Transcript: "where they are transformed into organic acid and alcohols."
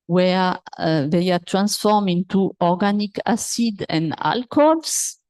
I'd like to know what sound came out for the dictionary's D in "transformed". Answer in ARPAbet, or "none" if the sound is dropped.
none